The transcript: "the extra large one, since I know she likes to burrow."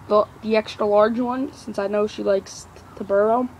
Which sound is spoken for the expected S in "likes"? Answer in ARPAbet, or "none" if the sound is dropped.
S